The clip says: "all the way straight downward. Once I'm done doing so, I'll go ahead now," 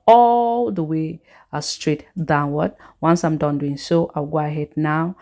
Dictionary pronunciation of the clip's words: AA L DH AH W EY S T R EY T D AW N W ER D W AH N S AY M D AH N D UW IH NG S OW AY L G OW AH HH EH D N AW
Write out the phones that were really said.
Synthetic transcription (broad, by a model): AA L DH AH W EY S T R EY T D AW N W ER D W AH N S AY M D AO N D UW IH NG S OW AY W G OW AH HH EH D N AW